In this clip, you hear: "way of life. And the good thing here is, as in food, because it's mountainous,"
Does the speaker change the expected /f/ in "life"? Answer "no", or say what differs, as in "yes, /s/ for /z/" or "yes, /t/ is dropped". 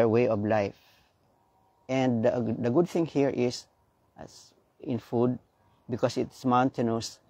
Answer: no